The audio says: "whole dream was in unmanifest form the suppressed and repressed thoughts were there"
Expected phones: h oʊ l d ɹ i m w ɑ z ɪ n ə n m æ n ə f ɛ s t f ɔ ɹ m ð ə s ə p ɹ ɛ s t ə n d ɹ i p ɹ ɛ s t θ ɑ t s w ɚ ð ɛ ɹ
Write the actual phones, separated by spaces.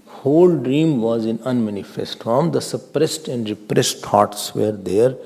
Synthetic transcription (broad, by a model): h oʊ l d ɹ i m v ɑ z ɪ n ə n m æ n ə f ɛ s t f ɔ ɹ m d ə s ə p ɹ ɛ s t ə n d ɹ i p ɹ ɛ s t t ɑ t s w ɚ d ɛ ɹ